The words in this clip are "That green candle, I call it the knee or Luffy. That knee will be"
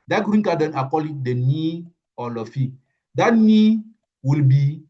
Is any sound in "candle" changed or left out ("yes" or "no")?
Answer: yes